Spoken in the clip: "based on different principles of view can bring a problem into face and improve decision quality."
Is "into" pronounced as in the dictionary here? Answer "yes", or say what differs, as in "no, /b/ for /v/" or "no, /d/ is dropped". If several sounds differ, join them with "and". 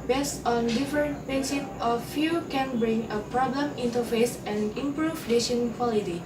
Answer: yes